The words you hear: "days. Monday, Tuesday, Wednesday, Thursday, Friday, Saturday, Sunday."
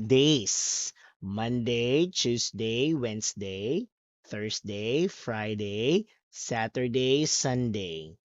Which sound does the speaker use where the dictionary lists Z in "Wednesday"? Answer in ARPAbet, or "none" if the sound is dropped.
S